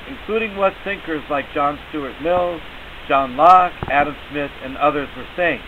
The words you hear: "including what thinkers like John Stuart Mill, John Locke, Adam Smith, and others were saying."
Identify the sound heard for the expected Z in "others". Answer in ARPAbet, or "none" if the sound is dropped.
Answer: Z